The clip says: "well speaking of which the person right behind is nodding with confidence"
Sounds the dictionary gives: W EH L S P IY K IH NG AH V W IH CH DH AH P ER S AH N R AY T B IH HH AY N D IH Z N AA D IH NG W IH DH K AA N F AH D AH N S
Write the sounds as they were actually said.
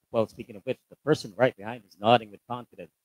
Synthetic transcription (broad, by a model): W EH L S P IY K IH NG AH V W IH CH DH AH P ER S AH N R AY T B IH HH AY N D IH Z N AA D IH NG W IH DH K AA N F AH D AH N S